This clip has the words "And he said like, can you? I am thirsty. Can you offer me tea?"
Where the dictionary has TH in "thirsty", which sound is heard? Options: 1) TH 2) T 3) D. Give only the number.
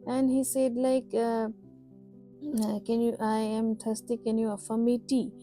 2